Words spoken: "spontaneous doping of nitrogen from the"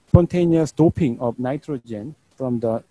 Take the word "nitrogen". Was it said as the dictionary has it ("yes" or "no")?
yes